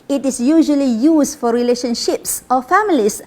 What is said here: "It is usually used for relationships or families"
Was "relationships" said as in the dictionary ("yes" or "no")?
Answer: yes